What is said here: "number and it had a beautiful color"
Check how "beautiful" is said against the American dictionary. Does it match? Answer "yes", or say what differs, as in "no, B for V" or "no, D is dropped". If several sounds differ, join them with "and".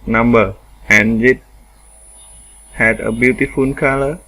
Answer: no, N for L